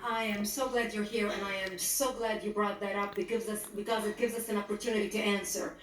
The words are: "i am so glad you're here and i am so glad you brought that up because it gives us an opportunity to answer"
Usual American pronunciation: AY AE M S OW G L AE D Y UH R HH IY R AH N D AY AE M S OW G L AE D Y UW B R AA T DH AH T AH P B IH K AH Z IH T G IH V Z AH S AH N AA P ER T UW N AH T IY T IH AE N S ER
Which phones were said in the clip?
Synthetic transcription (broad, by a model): AY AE M S OW G L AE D Y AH R HH IY R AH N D AY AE M S OW G L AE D Y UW B R AA T DH AH T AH P B IH K AH Z IH T G IH V Z AH S AH N AA P ER T UW N AH T IY T IH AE N S ER